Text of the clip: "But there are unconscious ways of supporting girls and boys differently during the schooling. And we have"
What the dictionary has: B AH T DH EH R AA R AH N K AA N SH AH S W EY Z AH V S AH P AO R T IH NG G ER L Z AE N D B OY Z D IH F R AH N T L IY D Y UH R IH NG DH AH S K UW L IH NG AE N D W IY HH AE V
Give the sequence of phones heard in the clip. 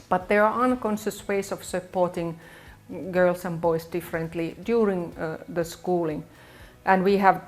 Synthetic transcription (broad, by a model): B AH T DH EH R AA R AH N K AA N SH AH S W EY S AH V S AH P AO R T IH NG G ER L S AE N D B OY S D IH F R AH N T L IY D Y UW R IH NG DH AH S K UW L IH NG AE N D W IY HH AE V